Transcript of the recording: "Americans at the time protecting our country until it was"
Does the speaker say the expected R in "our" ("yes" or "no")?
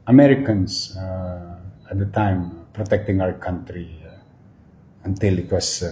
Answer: no